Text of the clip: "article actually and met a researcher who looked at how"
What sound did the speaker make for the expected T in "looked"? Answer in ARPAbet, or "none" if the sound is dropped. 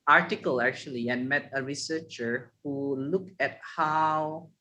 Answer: none